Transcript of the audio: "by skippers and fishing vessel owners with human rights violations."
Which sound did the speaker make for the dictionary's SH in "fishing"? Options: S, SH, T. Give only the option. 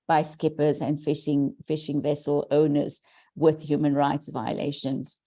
SH